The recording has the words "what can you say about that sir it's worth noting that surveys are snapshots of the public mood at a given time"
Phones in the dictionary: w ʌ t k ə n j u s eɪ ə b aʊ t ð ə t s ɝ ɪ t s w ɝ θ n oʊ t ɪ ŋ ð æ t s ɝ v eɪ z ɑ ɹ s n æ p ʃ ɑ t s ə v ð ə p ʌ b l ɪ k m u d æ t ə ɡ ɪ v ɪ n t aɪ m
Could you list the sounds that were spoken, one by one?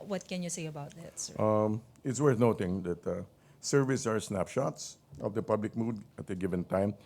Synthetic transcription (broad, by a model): w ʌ t k ə n j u s eɪ ə b aʊ t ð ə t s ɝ ɪ t s w ɝ θ n oʊ t ɪ ŋ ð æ t s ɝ v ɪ s ɑ ɹ s n æ p ʃ ɑ t s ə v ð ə p ʌ b l ɪ k m u d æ t ə ɡ ɪ v ɪ n t aɪ m